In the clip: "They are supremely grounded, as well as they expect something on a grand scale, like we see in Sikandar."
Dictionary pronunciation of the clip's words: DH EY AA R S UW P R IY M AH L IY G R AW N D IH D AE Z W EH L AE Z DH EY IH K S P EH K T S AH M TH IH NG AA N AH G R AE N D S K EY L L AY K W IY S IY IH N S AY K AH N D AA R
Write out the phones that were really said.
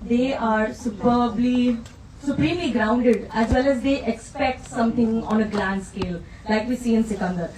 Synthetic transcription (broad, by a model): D EY AA R S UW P L IY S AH L IY G R AW N D IH D AE Z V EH L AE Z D EY IH K S P EH K T S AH M T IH NG AA N AH G L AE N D S K EY L L AY K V IY S IY IH N S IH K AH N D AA R